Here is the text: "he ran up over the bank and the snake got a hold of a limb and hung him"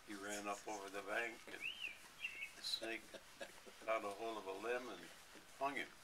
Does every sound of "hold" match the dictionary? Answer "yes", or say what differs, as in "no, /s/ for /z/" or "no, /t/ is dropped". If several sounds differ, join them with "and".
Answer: no, /d/ is dropped